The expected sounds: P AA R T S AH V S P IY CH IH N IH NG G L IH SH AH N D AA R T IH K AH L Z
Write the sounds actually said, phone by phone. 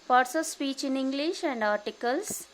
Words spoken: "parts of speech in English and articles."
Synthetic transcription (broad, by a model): P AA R T S AH V S P IY CH IH N IH NG G L IH SH AH N D AA R T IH K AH L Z